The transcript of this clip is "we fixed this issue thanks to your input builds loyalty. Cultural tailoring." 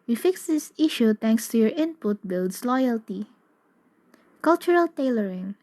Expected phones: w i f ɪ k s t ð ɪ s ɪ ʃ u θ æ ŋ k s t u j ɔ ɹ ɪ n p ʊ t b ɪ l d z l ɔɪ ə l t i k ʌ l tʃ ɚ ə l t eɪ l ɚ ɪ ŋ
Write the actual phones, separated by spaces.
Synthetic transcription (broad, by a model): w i f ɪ k s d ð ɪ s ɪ ʃ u t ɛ ŋ k s t u j ɔ ɹ ɪ n p ʊ t b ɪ l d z l ɔɪ ə l t i k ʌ l tʃ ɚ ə l t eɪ l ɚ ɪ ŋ